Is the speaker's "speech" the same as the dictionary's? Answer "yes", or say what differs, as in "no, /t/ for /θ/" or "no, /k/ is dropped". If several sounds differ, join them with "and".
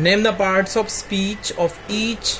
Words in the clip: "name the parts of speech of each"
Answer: yes